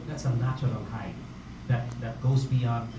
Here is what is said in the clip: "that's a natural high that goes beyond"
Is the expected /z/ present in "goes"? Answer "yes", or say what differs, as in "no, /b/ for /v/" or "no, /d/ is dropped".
yes